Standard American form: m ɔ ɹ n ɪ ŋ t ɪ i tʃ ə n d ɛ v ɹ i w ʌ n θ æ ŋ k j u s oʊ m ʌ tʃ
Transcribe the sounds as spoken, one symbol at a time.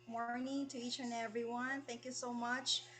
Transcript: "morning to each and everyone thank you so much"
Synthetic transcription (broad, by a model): m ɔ ɹ n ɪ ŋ t ɪ i tʃ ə n ɛ v ɹ i w ʌ n θ æ ŋ k j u s oʊ m ʌ tʃ